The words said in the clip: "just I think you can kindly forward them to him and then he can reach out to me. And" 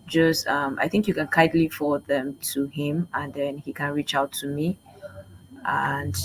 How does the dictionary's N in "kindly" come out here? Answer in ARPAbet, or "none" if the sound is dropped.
none